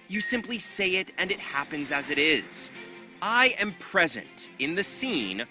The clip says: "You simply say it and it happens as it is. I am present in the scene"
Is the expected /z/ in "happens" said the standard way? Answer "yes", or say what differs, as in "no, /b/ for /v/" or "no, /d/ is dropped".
yes